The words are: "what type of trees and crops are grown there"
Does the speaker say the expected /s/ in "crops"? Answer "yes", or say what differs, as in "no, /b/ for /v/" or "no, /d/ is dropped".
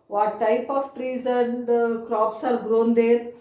yes